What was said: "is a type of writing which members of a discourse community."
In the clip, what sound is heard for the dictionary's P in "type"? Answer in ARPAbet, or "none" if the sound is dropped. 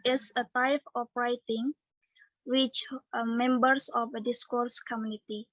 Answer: F